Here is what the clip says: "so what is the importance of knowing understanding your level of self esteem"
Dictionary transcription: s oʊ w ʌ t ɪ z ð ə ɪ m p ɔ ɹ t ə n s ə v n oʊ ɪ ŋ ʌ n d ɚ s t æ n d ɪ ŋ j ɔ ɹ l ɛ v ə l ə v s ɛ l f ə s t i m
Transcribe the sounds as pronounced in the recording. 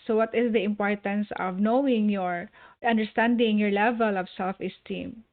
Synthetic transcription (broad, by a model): s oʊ w ʌ t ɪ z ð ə ɪ m p ɔ ɹ t ə n s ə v n oʊ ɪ ŋ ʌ n d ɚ s t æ n d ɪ ŋ j ɔ ɹ l ɛ v ə l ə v s ɛ l f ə s t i m